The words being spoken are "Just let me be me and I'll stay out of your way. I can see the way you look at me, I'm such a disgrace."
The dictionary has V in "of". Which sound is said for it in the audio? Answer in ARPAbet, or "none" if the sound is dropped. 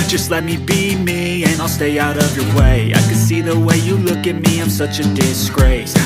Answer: V